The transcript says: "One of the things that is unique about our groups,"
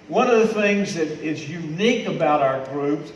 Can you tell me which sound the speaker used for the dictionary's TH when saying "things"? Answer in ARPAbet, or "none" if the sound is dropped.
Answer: TH